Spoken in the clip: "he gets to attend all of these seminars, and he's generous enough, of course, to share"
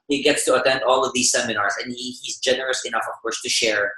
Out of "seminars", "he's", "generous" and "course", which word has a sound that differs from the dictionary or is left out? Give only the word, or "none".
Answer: none